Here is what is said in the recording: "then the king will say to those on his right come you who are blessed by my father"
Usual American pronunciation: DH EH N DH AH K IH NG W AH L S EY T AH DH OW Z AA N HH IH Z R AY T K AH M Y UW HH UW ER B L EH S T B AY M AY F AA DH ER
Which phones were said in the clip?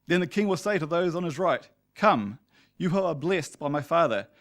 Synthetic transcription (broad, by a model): DH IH N DH AH K IH NG W AH L S EY T AH DH OW Z N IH Z R AY T K AH M Y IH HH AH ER B L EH S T B AY M AY F AA DH ER